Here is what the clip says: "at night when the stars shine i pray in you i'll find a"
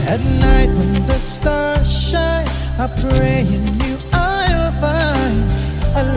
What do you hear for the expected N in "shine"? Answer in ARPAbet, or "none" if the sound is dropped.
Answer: none